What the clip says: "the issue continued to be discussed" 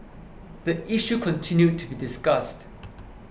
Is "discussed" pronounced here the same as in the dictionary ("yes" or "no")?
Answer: yes